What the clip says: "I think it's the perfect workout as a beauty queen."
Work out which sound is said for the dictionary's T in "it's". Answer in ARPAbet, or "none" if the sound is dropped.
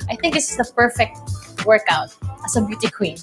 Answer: S